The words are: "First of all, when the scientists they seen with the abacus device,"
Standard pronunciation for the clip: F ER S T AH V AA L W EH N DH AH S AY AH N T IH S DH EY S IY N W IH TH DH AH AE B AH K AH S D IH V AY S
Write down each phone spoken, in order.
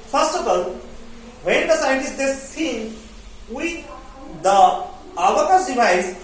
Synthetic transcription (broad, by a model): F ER S T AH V AA L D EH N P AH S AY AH T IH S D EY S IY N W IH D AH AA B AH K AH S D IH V AY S